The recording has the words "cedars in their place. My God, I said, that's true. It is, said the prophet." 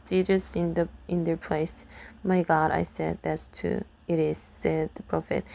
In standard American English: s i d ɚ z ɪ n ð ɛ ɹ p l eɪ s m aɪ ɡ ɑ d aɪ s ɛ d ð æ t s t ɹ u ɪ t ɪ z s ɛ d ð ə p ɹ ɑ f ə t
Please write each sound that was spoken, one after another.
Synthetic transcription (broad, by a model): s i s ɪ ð ɪ n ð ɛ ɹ p l eɪ s m aɪ ɡ ɑ d aɪ s ɛ d ð æ t s t u ɪ t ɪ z s ɛ d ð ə p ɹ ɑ f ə t